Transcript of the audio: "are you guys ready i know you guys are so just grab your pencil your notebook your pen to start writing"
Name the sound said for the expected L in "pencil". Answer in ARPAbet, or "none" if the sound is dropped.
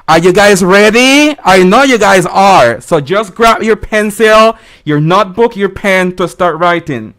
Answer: L